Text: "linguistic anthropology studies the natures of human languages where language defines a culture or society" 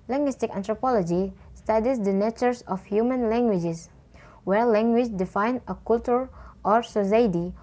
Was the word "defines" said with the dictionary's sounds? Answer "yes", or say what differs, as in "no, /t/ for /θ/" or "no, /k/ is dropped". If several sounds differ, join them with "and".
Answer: no, /z/ is dropped